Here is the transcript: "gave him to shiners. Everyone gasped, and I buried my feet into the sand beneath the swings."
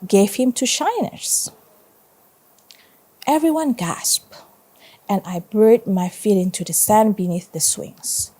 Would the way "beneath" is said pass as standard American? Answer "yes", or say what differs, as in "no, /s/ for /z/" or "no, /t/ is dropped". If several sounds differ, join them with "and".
yes